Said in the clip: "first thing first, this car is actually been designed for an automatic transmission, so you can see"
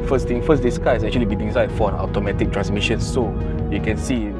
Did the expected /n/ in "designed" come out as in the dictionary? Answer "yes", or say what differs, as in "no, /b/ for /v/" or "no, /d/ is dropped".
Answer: no, /n/ is dropped